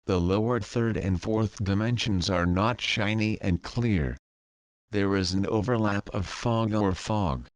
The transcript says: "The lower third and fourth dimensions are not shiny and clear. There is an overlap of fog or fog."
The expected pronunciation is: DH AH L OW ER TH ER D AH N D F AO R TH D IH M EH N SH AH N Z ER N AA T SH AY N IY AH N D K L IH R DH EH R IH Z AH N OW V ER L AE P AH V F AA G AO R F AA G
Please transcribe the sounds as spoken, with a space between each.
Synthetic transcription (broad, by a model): DH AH L OW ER TH ER D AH N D F AO R TH D IH M EH N SH AH N Z ER N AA T SH AY N IY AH N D K L IH R DH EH R IH Z N OW V ER L AE P AH V F AA G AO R F AA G